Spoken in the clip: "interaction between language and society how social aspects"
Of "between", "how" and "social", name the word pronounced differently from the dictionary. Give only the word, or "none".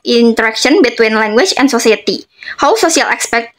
social